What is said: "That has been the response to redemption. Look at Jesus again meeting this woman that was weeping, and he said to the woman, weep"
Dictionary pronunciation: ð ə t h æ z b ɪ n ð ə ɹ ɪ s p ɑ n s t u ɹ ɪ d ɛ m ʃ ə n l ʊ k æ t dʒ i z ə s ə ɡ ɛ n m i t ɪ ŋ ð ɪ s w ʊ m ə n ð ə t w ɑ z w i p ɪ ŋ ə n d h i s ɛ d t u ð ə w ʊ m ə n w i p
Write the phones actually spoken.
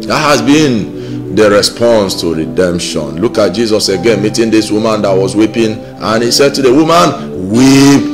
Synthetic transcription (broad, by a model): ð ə t h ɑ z b ɪ n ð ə ɹ ɪ s p ɑ n s t u ɹ ɪ d ɛ m ʃ ə n l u k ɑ t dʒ i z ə s ə ɡ ɛ n m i t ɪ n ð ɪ s w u m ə n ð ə t w ɑ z w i p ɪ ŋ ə n h i s ɛ d t u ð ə w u m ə n w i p